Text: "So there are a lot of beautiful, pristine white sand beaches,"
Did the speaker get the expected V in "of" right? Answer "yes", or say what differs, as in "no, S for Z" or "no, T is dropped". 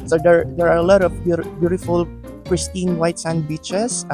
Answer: no, B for V